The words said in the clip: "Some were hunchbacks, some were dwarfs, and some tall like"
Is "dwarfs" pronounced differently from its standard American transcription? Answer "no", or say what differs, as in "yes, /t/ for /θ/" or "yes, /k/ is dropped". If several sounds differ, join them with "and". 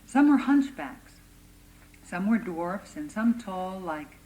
no